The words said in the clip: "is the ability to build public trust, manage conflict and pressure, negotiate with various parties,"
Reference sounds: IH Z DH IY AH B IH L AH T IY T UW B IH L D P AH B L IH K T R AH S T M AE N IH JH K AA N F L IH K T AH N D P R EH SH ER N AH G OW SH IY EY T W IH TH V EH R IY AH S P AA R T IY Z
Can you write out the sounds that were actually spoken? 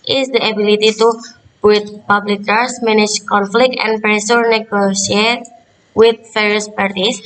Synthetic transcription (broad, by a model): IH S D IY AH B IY L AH T IY T UW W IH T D P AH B L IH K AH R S M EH N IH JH K AA N F L IH K T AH N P R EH S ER N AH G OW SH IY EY T W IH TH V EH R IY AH S P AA R T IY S